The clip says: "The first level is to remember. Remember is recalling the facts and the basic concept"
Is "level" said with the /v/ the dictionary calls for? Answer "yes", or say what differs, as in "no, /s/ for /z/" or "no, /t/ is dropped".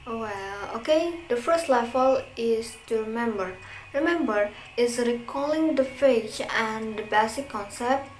no, /f/ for /v/